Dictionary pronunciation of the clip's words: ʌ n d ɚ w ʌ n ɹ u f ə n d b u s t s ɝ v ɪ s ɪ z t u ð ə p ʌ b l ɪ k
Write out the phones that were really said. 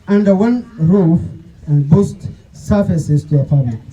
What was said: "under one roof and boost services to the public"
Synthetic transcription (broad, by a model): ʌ n d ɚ w ʌ n ɹ u f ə n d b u s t s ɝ f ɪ s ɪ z t u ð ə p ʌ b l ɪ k